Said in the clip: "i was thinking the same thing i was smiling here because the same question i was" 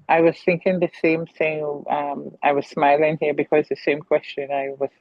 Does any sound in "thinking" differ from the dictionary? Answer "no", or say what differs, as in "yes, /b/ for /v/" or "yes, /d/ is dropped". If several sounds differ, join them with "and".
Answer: no